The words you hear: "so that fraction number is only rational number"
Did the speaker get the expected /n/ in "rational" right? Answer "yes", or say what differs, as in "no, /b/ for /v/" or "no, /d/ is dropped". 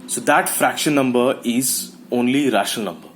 no, /n/ is dropped